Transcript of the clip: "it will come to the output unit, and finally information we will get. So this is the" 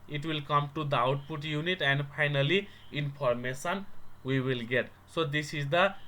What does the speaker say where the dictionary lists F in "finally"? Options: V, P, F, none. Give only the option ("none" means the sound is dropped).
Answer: P